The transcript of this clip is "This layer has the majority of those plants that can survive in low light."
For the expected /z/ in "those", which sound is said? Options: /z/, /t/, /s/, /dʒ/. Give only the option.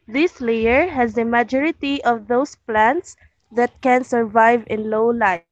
/s/